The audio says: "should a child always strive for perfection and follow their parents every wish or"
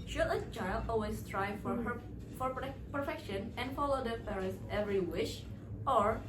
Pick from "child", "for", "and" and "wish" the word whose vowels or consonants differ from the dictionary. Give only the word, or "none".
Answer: child